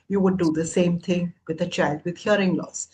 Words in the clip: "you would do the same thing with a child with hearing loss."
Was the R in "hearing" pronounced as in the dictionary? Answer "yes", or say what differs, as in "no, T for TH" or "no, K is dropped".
yes